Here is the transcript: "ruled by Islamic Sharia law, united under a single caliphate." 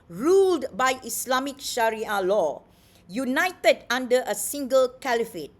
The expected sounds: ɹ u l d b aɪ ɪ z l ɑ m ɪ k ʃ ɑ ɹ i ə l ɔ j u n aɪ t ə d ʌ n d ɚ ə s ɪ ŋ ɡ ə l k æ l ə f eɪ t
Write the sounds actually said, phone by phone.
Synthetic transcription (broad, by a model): ɹ u l d b aɪ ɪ s l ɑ m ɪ k ʃ ɑ ɹ i ə l ɔ j u n aɪ t ə d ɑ n d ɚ ə s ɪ ŋ ɡ ə l k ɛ l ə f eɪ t